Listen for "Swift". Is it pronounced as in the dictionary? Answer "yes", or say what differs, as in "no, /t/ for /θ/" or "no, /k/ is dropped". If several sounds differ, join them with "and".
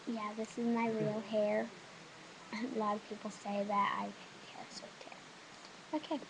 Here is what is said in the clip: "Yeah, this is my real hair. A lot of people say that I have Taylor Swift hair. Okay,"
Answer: no, /f/ is dropped